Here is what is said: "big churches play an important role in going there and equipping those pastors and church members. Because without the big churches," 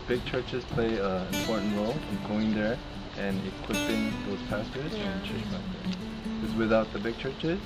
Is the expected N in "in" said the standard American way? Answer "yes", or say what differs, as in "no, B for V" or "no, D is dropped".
no, L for N